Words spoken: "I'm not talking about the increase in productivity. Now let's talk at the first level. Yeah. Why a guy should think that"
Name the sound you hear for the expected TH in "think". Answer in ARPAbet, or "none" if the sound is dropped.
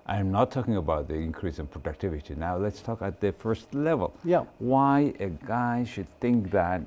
TH